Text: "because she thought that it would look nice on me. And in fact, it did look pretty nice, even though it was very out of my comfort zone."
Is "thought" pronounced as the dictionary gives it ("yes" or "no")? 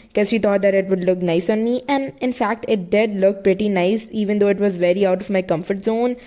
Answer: no